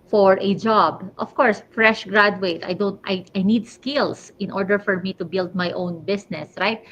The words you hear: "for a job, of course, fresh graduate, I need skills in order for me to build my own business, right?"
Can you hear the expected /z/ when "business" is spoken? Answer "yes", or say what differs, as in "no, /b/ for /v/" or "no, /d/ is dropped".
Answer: no, /s/ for /z/